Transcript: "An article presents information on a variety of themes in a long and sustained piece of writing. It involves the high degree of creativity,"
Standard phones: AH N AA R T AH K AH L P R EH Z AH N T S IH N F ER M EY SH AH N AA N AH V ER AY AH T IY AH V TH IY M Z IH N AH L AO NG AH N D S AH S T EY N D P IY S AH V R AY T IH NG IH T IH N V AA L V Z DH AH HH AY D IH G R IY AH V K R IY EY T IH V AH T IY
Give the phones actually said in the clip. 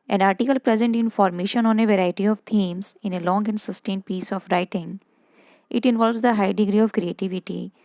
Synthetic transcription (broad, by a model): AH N AA R T AH K AH L P R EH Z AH N T IH N F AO M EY SH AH N AA N AH V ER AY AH T IY AH V T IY M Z IH N AH L AO NG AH N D S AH S T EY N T P IY S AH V R AY T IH NG IH T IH N V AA L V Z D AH HH AY D IH G R IY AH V K R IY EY T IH V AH T IY